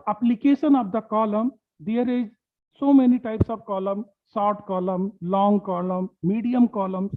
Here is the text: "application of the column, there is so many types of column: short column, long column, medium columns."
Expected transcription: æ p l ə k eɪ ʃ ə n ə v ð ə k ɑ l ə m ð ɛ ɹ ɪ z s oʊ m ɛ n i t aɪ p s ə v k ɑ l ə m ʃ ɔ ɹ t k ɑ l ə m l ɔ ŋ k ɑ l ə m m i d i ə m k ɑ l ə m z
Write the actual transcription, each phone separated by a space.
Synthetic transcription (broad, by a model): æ p l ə k eɪ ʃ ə n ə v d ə k ɑ l ə m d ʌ ɹ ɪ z s oʊ m ɛ n i t aɪ p s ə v k ɑ l ə m s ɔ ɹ t k ɑ l ə m l ɔ ŋ k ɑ l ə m m i d i ə m k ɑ l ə m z